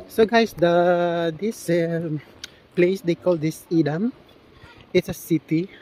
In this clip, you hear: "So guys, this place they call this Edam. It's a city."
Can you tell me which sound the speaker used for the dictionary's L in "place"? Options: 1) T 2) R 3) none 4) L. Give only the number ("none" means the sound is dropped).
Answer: 4